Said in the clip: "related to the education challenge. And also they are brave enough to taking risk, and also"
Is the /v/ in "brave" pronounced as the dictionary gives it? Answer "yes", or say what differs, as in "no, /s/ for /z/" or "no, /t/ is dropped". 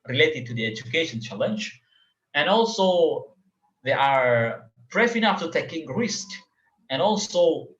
no, /f/ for /v/